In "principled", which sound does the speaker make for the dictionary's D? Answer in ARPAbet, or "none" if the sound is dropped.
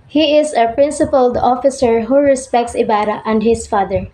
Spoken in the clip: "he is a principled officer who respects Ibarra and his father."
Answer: D